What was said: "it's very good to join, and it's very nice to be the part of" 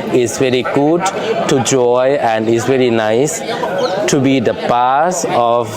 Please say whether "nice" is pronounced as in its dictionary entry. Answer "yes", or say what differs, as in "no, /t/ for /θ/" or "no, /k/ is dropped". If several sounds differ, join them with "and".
yes